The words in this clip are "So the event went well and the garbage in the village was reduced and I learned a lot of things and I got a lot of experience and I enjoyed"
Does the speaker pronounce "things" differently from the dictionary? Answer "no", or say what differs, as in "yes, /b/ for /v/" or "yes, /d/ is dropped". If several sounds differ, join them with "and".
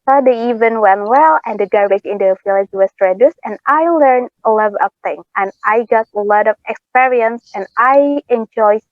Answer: yes, /z/ is dropped